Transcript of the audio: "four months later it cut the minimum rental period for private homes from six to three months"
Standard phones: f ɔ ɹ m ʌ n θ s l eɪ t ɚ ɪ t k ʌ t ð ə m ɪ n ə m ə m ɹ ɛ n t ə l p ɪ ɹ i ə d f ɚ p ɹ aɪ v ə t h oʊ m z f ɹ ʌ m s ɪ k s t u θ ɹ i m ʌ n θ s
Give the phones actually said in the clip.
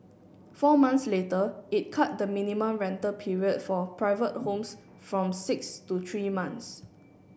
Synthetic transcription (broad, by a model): f ɔ m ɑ n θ s l eɪ t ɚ ɪ t k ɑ t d ə m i n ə m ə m ɹ ɛ n t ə p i ɹ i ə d f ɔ p ɹ aɪ v ə t h oʊ m s f ɹ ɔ m s ɪ k s t u t ɹ i m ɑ n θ s